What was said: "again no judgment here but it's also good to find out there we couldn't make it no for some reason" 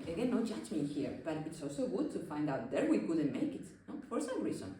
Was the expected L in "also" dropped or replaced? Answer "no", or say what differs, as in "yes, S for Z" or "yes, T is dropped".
no